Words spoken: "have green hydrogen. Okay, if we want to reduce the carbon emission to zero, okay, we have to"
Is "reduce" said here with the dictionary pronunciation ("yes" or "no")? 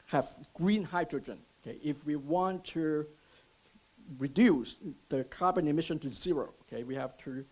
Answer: yes